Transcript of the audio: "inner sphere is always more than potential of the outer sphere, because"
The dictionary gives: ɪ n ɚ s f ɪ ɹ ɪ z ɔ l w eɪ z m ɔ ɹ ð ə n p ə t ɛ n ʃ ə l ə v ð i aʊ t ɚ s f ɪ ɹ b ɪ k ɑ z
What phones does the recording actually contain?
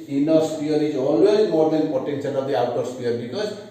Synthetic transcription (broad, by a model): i n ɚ s p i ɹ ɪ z ɔ l w eɪ z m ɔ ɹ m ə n p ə t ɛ n s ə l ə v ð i aʊ t ɚ s p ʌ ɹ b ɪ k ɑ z